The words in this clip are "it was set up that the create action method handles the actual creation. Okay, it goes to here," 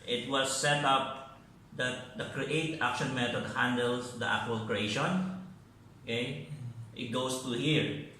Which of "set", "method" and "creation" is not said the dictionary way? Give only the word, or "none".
method